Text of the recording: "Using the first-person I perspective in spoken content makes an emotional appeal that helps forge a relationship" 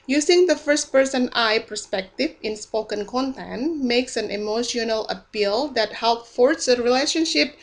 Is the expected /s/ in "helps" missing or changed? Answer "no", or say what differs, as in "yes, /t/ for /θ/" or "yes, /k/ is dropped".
yes, /s/ is dropped